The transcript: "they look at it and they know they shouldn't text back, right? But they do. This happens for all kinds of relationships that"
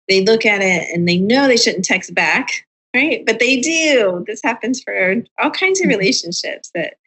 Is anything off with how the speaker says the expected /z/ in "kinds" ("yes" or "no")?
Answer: no